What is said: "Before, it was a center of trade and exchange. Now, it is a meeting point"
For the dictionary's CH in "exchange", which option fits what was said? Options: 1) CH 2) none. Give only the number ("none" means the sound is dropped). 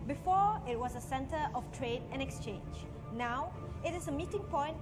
1